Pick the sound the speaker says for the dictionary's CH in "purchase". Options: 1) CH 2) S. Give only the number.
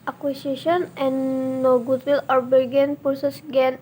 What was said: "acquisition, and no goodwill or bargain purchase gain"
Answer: 2